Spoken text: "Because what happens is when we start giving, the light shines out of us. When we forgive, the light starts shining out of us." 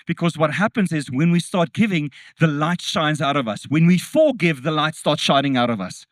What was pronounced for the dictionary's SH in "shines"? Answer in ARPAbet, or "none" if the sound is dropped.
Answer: SH